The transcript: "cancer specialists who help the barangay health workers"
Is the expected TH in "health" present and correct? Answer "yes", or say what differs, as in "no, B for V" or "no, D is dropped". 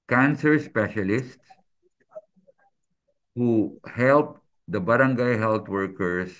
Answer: no, T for TH